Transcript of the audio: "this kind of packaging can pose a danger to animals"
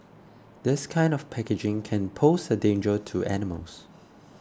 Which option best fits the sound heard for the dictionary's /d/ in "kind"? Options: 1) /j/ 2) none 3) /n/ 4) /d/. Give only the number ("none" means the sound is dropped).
4